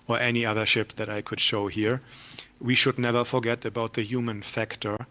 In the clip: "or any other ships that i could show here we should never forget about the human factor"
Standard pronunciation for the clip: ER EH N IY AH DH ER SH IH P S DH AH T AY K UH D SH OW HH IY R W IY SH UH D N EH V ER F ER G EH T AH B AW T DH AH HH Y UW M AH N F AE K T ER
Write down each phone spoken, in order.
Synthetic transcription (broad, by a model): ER EH N IY AH DH ER SH IH P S DH AH T AY K UH D SH OW HH IY R W IY SH UH D N EH V ER F ER G EH T AH B AW T DH AH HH Y UW M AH N F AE K T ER